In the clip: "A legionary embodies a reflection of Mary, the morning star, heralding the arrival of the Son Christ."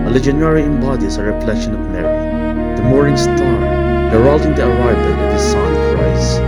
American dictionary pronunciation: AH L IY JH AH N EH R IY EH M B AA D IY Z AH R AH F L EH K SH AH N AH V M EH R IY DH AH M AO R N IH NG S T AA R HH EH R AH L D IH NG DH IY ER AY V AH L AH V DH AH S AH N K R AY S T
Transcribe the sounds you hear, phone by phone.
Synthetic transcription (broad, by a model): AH L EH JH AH N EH R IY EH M B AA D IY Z AH R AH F L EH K SH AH N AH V M EH R IY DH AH M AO R IH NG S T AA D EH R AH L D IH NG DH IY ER AY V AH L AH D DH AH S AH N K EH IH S